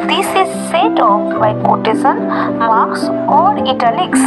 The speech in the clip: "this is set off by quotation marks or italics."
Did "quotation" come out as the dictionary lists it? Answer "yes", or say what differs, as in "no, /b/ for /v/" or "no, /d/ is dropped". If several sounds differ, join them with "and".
no, /s/ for /ʃ/